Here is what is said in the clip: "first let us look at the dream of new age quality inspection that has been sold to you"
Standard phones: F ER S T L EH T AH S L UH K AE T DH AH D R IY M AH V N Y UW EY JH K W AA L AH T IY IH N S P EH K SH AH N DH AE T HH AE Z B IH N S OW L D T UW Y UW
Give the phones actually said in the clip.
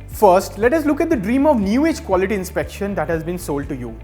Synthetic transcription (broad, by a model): F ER S T L EH T AH S L UH K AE T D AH D R IY M AH V N Y UW EY JH K W AA L AH T IY IH N S P EH K SH AH N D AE T HH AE Z B IH N S OW L D T UW Y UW